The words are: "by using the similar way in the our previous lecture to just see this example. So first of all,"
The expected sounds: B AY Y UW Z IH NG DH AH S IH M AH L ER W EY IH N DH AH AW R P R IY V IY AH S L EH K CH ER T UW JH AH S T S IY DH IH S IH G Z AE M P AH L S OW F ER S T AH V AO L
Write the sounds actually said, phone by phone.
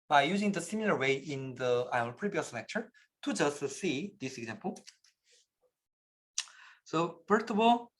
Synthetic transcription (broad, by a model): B AY Y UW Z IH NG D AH S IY M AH L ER W EY IH N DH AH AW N P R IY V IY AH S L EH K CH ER T UW JH AH S T S IY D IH S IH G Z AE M P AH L S OW P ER T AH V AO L